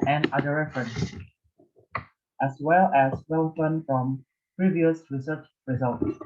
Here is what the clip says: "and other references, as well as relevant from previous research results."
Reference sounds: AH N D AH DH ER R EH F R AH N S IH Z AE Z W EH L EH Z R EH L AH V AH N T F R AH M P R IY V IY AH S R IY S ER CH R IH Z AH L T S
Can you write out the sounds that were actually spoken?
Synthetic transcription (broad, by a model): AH N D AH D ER R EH F R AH N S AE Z W EH L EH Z W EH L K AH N F R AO M P R IY V IY AH S R IY S ER CH R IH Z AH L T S